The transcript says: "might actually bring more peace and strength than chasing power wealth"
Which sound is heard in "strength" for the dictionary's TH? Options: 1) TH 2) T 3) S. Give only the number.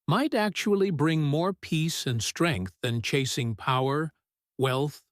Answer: 1